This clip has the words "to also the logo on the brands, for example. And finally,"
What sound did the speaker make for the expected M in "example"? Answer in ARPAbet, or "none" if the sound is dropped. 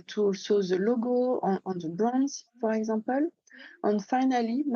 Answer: none